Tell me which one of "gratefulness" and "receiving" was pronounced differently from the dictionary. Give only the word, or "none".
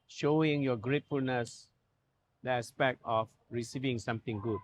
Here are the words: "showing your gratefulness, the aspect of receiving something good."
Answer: none